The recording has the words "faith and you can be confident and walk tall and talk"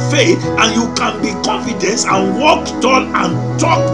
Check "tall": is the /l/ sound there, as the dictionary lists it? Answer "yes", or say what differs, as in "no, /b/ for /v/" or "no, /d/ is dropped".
no, /n/ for /l/